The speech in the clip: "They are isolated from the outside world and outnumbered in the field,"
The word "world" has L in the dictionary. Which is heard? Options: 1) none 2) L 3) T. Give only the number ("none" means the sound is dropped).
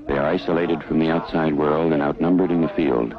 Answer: 2